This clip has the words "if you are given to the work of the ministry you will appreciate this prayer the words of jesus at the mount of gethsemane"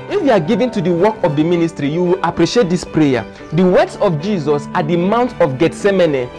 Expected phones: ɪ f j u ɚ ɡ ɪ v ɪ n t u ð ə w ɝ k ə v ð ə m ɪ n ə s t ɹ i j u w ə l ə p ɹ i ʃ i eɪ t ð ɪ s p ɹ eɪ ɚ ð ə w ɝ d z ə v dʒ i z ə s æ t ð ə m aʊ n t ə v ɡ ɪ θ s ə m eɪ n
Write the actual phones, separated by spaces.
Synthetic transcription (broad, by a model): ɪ f j u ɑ ɡ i v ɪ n t u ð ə w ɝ k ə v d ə m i n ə s t ɹ i j u w ə l ə p ɹ i ʃ i eɪ t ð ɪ s p ɹ eɪ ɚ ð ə w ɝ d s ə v dʒ i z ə s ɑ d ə m aʊ n t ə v ɡ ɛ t s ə m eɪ n